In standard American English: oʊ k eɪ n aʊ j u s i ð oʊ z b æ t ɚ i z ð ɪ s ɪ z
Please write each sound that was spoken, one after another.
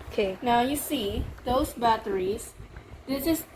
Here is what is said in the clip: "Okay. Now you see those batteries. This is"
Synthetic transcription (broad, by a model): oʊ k eɪ n aʊ j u s i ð oʊ s b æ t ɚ i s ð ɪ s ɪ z